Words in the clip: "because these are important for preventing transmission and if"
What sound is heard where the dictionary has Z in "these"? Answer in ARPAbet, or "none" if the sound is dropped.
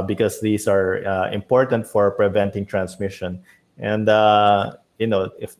S